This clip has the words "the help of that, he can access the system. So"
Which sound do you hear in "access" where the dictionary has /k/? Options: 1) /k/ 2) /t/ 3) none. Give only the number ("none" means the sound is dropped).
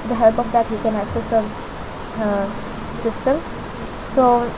1